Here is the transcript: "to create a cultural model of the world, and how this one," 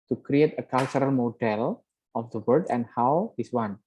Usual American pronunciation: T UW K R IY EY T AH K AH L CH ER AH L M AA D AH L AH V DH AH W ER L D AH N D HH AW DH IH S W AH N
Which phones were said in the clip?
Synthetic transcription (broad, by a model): T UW K R IY EY T AH K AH L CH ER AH L M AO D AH L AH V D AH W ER D AH N D HH AW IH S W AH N